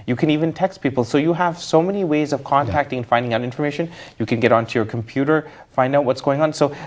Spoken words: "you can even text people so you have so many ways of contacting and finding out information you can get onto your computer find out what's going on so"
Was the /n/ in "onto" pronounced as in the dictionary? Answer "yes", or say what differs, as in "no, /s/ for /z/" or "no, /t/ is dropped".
yes